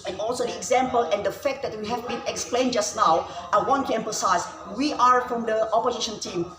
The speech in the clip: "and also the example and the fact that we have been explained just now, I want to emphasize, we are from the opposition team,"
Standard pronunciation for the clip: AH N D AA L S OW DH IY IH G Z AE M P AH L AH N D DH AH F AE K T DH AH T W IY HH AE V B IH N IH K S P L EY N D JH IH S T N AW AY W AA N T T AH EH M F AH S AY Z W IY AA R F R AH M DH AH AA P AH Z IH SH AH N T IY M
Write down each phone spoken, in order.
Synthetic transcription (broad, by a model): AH N AA L S OW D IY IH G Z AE M P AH L AH N D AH F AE K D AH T W IY HH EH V B IH N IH K S P L EY N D JH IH S N AW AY W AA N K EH M P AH S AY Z W IY AA R F R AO M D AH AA P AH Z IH SH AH N T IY M